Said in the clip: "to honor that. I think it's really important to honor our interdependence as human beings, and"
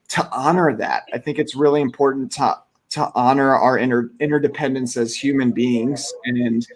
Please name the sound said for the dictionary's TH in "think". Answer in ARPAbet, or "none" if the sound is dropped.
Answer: TH